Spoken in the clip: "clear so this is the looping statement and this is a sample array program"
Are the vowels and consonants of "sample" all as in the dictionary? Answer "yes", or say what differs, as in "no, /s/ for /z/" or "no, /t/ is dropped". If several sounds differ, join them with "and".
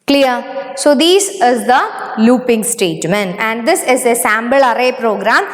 no, /b/ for /p/